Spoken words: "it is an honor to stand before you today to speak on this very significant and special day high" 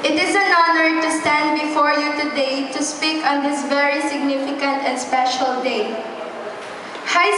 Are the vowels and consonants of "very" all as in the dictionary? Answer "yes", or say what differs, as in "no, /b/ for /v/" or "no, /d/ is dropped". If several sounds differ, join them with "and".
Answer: yes